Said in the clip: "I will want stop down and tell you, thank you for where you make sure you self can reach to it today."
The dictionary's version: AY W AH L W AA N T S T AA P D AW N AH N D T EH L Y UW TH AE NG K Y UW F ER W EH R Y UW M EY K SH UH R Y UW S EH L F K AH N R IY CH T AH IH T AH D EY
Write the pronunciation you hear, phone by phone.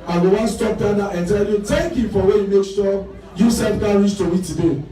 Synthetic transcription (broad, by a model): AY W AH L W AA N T S T AA P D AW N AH N T EH L Y UW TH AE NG K Y UW F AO W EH Y UW M EY K S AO Y UW S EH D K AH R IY S T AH IH T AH D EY